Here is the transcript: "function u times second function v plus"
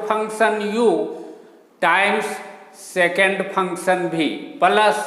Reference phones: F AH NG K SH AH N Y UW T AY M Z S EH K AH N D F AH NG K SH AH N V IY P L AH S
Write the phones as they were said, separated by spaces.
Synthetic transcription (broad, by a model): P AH NG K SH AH N Y UW T AY M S S EH K AH N D P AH NG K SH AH N B IY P L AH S